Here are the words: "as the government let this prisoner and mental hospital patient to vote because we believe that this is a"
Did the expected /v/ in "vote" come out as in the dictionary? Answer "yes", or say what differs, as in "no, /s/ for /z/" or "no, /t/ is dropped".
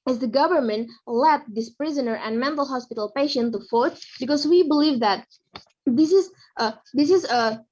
no, /f/ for /v/